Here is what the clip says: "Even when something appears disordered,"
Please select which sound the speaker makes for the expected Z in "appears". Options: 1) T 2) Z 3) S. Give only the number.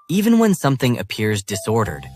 2